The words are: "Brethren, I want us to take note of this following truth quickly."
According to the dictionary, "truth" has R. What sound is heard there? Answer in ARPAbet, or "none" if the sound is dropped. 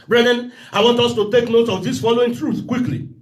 R